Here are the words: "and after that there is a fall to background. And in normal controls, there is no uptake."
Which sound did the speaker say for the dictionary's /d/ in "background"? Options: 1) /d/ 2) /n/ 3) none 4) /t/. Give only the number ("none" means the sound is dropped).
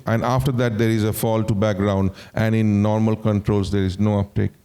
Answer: 1